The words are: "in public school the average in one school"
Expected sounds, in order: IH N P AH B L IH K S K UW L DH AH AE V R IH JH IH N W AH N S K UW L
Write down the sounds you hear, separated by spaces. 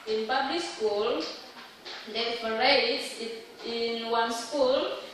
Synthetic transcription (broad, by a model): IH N P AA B L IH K S K UW L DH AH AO R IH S IH N W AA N S K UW L